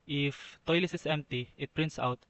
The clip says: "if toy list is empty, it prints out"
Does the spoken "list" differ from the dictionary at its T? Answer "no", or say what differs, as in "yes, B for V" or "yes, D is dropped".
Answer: yes, T is dropped